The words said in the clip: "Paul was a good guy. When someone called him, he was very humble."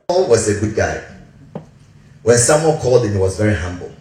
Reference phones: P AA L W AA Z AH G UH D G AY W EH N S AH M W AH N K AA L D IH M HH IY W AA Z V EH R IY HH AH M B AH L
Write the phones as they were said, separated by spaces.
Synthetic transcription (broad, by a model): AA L W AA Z AH G UH D G AY W EH N S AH M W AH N K AA L D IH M HH IY W AA Z V EH R IY HH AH M B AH L